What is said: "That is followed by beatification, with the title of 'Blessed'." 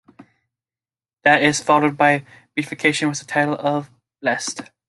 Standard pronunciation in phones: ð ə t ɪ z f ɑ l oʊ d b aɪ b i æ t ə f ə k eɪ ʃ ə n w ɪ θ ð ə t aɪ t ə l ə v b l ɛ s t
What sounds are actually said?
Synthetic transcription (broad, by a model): ð ə t ɪ z f ɑ l oʊ d b aɪ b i f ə k eɪ ʃ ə n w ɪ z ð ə t aɪ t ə l ə v b l ɛ s t